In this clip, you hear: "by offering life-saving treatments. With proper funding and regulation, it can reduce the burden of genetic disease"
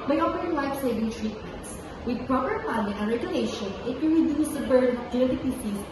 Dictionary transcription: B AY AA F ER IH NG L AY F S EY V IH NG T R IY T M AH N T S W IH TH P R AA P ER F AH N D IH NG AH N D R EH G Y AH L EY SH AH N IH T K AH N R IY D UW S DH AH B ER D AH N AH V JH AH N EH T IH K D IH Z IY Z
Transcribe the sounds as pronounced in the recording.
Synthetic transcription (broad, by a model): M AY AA P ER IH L AY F S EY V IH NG T R IY T M AH N T S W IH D P R AA P ER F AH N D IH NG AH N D R EH G Y AH L EY SH AH N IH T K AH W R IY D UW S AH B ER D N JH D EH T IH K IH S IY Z